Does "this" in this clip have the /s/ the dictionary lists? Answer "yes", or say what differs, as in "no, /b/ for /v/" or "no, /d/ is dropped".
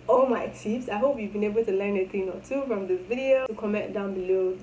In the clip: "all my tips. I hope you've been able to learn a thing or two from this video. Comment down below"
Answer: no, /s/ is dropped